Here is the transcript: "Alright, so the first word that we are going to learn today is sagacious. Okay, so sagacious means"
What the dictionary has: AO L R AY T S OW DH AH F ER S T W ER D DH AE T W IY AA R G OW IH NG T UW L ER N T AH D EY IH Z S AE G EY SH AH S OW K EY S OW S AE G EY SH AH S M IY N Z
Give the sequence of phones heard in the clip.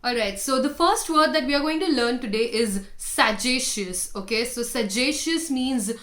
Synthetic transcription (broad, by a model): AO L R AY T S OW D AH F ER S T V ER D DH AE T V IY AA R G OW IH NG T UW L ER N T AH D EY IH Z S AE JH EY SH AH S OW K EY S OW S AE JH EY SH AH S M IY N Z